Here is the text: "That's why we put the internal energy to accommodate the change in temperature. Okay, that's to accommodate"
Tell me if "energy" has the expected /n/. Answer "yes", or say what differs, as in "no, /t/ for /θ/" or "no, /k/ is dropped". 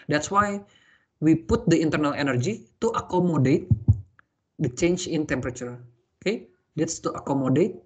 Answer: yes